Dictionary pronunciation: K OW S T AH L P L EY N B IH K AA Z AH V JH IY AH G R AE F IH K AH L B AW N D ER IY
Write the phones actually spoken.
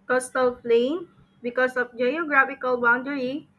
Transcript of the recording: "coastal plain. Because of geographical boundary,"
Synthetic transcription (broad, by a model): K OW S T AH L F L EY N B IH K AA S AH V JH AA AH G R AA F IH K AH L B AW N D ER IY